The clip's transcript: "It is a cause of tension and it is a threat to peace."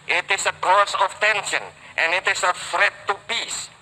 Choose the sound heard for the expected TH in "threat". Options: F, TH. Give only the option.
F